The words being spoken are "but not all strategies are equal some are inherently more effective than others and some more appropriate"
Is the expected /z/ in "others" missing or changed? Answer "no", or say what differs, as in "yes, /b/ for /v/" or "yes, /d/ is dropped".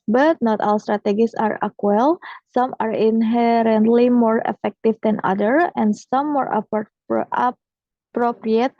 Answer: yes, /z/ is dropped